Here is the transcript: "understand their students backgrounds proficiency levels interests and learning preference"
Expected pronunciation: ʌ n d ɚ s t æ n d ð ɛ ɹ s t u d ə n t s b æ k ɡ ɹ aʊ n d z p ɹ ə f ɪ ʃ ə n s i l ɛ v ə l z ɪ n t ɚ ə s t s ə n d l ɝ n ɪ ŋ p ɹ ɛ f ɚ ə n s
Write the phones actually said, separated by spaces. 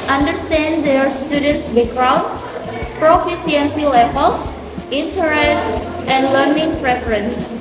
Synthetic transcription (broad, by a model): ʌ n d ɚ s t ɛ n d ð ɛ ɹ s t u d ə n t s b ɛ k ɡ ɹ aʊ n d p ɹ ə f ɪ s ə n s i l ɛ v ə l s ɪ n t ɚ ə s t ə n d l ɝ n ɪ ŋ p ɹ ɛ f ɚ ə n s